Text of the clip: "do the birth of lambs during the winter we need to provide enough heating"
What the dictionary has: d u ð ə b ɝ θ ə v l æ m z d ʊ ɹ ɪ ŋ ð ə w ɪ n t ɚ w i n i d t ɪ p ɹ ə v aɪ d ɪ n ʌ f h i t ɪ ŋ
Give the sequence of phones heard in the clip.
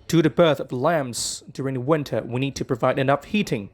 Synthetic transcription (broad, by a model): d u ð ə b ɝ θ ə v l æ m z d ʊ ɹ ɪ ŋ ð ə w ɪ n t ɚ w i n i d t ɪ p ɹ ə v aɪ d ɪ n ʌ f h i t ɪ ŋ